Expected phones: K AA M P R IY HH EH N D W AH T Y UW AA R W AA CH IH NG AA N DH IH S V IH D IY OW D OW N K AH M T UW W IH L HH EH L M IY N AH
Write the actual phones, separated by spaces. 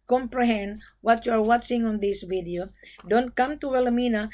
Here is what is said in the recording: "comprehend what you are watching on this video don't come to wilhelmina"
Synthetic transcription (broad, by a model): K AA M P R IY HH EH N D W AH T Y UW AA R W AA CH IH NG AA N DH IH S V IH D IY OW D OW N K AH M T UW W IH L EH M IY N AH